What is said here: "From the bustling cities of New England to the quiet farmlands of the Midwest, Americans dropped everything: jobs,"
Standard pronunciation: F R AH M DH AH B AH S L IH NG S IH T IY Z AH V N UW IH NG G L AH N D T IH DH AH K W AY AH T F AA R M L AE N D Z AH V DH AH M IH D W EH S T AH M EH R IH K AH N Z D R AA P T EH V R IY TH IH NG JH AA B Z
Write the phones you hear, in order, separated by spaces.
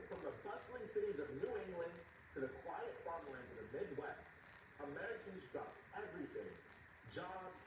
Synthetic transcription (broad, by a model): F R AH M DH AH B AH S L IH NG S IH T IY Z AH V N UW IH NG G L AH N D T IH DH AH K W AY AH T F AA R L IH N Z AH V DH AH M IH D W EH S T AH M EH R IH K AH N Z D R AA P EH V R IY TH IH NG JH AA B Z